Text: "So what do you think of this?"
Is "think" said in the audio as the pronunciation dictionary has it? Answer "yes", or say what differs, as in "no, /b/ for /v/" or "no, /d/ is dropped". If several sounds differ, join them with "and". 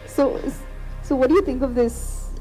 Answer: yes